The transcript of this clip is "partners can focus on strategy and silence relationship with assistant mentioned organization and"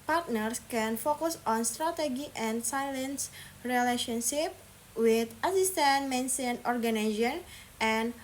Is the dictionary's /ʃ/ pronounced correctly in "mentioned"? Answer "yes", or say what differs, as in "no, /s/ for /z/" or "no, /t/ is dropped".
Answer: no, /s/ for /ʃ/